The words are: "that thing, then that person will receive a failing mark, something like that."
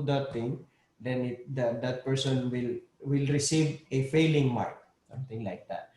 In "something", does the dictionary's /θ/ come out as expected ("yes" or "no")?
no